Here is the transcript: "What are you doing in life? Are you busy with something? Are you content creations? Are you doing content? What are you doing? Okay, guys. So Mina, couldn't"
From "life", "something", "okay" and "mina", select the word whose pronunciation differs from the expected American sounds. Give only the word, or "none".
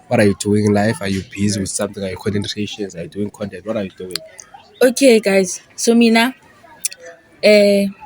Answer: something